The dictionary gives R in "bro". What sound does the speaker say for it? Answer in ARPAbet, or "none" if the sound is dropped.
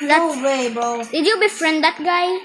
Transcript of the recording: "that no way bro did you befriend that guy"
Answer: none